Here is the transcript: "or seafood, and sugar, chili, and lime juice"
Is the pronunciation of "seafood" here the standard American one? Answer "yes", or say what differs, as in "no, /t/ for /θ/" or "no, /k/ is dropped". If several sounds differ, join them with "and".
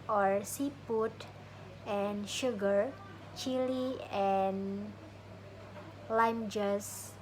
no, /p/ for /f/